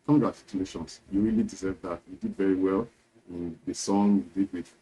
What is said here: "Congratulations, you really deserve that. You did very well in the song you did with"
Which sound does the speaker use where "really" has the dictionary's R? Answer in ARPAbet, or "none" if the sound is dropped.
R